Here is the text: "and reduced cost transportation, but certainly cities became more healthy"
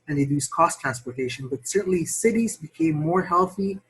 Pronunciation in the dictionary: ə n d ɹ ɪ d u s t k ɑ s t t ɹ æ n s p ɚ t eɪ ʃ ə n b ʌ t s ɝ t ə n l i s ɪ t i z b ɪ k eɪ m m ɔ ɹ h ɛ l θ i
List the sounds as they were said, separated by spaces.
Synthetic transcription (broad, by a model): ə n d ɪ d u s k ɑ s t t ɹ æ n s p ɚ t eɪ ʃ ə n b ʌ t s ɝ t n l i s ɪ t i z b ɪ k eɪ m m ɔ ɹ h ɛ l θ i